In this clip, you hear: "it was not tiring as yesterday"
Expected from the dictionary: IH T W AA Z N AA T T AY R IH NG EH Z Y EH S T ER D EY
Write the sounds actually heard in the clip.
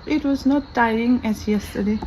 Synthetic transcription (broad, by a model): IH T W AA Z N AA T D AY IH NG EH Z Y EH S T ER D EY